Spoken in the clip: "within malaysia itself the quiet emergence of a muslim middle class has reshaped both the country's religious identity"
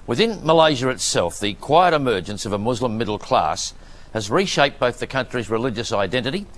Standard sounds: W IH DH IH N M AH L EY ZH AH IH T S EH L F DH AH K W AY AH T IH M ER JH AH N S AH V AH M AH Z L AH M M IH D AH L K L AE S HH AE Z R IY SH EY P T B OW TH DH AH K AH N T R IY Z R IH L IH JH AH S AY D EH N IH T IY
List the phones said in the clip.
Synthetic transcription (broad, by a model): W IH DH IH N M AH L EY ZH AH IH T S EH L F DH AH K W AY AH T IH M ER JH AH N S AH V AH M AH Z L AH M M IH D L K L AE S HH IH Z R IY SH EY P B OW TH DH AH K AH N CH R IY Z R IH L IH JH AH S AY D EH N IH T IY